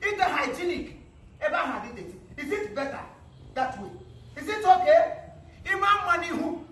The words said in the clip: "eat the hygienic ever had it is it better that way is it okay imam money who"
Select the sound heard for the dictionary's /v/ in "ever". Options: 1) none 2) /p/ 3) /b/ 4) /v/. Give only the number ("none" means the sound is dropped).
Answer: 3